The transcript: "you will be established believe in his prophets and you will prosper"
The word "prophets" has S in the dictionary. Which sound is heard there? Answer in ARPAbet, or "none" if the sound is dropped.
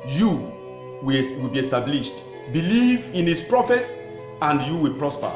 S